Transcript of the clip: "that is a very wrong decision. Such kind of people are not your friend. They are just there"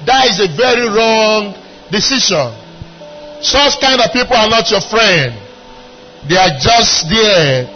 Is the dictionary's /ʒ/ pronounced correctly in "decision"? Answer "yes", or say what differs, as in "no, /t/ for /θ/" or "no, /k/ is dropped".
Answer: no, /ʃ/ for /ʒ/